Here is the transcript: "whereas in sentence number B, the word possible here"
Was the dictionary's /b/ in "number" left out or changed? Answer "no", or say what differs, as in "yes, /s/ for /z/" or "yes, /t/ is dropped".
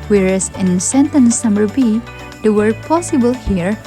yes, /b/ is dropped